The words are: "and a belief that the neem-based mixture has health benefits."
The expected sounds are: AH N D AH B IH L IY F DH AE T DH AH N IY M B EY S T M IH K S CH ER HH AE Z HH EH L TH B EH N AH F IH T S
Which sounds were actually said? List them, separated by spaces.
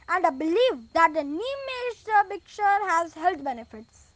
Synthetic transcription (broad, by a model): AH N D AH B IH L IY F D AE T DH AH N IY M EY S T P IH K CH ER HH AE Z HH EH L T B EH N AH F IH T S